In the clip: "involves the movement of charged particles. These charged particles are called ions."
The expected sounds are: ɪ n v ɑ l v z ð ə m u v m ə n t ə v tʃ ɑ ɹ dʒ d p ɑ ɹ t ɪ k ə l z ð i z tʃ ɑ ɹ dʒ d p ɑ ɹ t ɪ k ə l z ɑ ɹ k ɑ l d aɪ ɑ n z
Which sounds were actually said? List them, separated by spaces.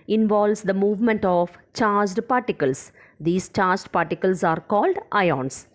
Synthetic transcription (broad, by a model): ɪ n v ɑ l v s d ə m u v m ə n t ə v tʃ ɑ ɹ dʒ d p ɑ ɹ t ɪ k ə l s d i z tʃ ɑ ɹ dʒ d p ɑ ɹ t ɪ k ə l s ɑ ɹ k ɑ l d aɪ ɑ n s